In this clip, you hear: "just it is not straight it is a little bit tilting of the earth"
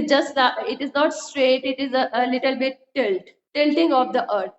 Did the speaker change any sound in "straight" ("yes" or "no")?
no